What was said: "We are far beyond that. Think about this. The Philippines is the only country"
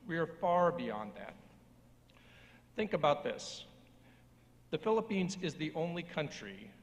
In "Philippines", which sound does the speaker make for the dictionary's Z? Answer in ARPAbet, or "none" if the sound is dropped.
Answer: Z